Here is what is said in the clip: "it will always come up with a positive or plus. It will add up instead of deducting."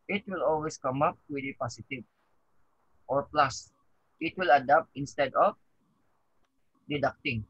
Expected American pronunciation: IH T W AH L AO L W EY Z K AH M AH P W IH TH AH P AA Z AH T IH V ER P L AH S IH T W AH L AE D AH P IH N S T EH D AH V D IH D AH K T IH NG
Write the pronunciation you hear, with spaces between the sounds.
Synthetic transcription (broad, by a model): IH T W AH L AO L W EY S K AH M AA P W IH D AH P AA S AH T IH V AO P L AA S IH T W AH L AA D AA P IH N S T EH D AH F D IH D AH K T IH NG